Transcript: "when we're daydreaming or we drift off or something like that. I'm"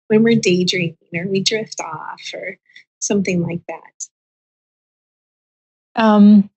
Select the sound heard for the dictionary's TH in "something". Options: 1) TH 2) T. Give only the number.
1